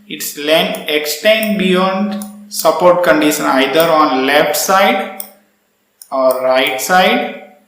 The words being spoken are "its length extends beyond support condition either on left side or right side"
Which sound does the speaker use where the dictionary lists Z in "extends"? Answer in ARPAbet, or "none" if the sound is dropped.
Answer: none